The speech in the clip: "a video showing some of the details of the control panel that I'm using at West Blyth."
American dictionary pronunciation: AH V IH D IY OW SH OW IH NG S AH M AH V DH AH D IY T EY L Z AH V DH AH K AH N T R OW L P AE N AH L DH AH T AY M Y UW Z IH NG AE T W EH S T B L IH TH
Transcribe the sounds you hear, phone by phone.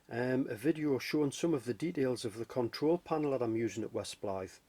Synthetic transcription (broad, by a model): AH V IH D IY OW SH OW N S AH M AH V DH AH D IY T EY L Z AH V DH AH K AH N T R OW L P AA N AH L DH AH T AY M Y UW Z IH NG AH T W EH S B L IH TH